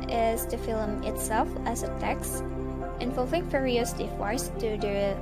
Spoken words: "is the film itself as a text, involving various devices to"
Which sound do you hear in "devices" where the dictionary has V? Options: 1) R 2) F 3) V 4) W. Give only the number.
4